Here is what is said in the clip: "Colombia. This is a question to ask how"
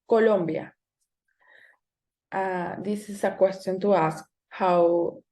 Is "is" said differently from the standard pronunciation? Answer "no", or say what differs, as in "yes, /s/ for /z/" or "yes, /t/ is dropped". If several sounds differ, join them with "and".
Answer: yes, /s/ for /z/